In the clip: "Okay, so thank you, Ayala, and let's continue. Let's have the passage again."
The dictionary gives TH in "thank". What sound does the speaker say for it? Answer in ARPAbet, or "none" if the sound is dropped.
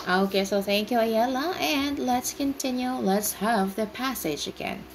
TH